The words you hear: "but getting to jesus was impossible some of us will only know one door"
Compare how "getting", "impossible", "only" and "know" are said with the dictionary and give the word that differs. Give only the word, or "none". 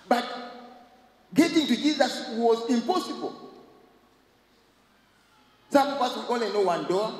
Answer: only